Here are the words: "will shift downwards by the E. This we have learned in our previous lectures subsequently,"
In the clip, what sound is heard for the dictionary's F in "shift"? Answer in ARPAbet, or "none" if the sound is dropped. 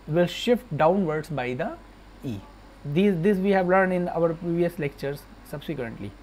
F